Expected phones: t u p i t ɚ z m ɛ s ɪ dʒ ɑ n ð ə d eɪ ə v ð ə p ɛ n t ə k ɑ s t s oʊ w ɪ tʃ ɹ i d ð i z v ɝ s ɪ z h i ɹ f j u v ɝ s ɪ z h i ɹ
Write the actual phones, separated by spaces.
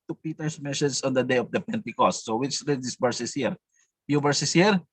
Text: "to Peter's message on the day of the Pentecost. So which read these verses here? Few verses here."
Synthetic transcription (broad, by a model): t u p i t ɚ s m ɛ ʃ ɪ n ɑ n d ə d eɪ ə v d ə p ɛ n t ə k ɑ s t s oʊ w ɪ tʃ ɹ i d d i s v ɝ s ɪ s h i ɹ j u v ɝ s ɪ s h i ɹ